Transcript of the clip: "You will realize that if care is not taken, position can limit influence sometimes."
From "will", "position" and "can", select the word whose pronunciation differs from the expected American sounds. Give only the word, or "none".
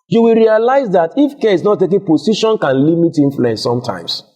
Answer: position